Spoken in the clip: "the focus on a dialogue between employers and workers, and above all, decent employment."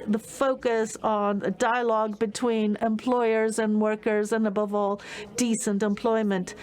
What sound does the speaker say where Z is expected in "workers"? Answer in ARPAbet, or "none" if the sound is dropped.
Z